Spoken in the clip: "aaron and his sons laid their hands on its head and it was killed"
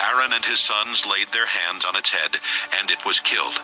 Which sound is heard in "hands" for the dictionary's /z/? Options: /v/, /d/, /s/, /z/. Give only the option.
/z/